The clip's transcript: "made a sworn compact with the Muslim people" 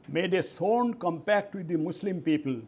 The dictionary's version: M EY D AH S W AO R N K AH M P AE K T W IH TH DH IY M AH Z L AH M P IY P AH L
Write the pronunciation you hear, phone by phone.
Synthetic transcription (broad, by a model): M EY D AH S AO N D K AH M P AE K T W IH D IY M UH S L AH M P IY P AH L